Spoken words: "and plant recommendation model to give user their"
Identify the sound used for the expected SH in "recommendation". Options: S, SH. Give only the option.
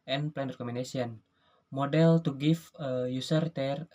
S